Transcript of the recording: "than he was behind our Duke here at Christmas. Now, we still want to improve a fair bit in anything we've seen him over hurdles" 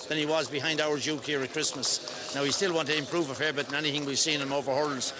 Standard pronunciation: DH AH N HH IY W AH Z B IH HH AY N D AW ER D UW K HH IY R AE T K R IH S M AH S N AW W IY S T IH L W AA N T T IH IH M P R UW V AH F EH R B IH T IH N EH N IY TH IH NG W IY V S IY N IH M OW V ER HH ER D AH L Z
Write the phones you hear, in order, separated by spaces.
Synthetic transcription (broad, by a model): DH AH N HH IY W AH Z B IH HH AY N D AW ER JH UW K HH IY R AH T K R IH S M AH S N AW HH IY S T IH L W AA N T T IH IH M P R UW V AH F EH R B IH T IH N EH N IY TH IH NG W IY V S IY N IH M OW V ER HH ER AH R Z